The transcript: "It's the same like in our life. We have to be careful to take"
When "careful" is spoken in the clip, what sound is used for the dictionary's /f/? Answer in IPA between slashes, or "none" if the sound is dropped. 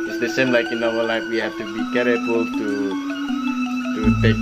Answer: none